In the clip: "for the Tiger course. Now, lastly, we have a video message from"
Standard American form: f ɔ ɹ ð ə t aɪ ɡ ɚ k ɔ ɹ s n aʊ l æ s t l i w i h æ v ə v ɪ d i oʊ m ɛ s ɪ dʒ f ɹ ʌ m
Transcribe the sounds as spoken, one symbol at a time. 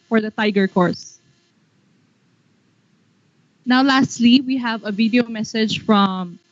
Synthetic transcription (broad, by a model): f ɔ ɹ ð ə t aɪ ɡ ɚ k ɔ ɹ s n aʊ l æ s t l i w i h æ v ə v ɪ d i oʊ m ɛ s ɪ dʒ f ɹ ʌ m